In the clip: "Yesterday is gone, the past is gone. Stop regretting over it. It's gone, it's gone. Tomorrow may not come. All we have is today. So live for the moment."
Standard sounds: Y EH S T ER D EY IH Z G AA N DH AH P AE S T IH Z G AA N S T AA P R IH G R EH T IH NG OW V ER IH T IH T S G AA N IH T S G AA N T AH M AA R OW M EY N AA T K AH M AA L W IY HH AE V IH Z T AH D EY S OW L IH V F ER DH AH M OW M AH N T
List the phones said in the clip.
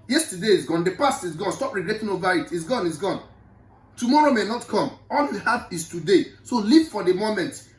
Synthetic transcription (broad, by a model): Y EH S T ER D EY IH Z G AA N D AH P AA S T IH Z G AA N S T AA P R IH G R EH T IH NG OW V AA IH T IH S G AA N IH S G AA N T AH M AA R OW M EY N AA T K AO M AA L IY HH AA F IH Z T AH D EY S OW L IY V F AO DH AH M OW M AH N T